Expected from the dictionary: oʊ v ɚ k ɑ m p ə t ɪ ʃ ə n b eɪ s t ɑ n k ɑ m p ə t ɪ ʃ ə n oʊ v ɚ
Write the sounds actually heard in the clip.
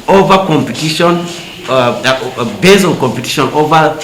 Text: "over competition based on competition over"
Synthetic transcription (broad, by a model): oʊ v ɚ k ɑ m p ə t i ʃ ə n b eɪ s ɑ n k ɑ m p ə t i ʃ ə n oʊ v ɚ